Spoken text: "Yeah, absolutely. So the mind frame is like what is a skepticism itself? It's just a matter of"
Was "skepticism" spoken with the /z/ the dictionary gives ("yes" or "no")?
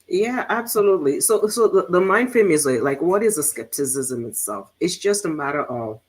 yes